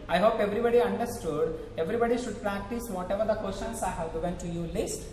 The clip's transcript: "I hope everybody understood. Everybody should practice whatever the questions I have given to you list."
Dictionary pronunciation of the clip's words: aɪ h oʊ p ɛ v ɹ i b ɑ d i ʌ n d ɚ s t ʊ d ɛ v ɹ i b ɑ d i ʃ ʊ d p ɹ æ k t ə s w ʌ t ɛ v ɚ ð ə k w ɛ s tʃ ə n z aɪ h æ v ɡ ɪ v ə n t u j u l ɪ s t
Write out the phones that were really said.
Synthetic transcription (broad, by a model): aɪ h oʊ p ɛ v ɹ i b ɑ d i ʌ n d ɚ s t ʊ d ɛ v ɹ i b ɑ d i ʃ ʊ d p ɹ æ k t ə s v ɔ t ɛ v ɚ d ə k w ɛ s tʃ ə n s aɪ h æ v ɡ ɪ v ə n t u j u l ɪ s t